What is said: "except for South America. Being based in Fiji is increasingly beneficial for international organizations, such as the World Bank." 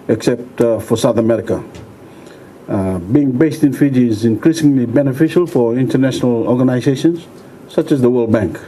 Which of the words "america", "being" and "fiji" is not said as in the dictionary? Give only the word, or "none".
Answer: none